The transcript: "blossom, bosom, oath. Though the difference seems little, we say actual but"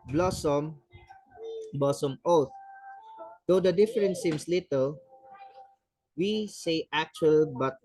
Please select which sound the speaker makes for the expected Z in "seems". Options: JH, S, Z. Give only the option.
S